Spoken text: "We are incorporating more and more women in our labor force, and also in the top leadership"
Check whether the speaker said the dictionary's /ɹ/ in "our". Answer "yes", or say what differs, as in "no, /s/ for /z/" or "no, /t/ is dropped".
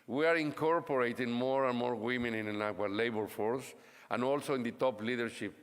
no, /w/ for /ɹ/